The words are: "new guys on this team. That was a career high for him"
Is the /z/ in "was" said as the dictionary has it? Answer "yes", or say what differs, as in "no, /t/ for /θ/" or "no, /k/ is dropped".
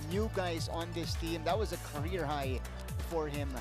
yes